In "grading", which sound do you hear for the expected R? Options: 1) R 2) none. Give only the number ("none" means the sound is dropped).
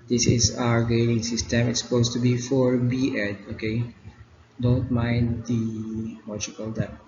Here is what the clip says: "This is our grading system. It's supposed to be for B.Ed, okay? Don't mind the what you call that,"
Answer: 2